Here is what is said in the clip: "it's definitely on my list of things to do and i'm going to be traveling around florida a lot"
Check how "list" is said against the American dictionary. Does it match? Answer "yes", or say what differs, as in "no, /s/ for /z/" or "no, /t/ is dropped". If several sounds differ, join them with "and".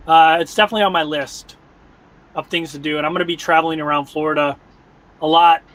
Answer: yes